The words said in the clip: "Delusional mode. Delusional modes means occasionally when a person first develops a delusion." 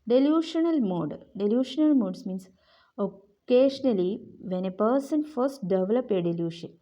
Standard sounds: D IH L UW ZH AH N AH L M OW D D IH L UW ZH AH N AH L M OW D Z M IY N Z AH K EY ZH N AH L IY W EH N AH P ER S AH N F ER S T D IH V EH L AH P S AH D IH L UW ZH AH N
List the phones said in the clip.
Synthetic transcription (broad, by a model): D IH L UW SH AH N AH L M OW D D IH L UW SH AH N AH L M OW D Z M IY N S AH K EY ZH N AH L IY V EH N AH P ER S AH N F ER S T D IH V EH L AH P AH D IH L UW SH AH N